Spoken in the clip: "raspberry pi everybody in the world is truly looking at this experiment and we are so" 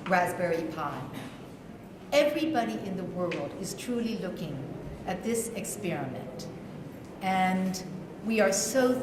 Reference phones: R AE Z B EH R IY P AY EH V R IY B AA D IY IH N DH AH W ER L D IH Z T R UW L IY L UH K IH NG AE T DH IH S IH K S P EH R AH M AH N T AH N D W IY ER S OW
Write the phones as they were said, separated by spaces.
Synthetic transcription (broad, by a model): R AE Z B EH R IY P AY EH V R IY B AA D IY IH N DH AH W ER L D IH Z T R UW L IY L UH K IH NG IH T DH IH S IH K S P EH R AH M AH N T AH N W IY ER S OW